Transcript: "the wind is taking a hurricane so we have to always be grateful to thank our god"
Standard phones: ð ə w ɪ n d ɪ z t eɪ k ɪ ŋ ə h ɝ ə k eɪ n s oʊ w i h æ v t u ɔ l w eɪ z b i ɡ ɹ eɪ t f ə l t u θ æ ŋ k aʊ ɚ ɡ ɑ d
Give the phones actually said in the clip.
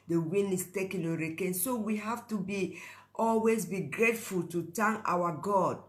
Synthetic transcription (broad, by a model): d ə w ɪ n ɪ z t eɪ k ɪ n ə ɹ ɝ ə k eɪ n s oʊ w i h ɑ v t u ɔ l w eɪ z b i ɡ ɹ eɪ t f ə l t u t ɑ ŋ aʊ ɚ ɡ ɑ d